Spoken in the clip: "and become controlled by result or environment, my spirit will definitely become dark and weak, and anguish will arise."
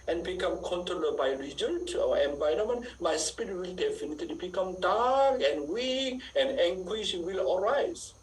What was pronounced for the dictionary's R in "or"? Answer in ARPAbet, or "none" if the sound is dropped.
W